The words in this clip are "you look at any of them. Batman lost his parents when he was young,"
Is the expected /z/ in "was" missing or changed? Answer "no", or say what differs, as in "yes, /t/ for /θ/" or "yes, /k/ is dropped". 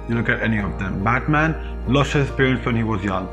no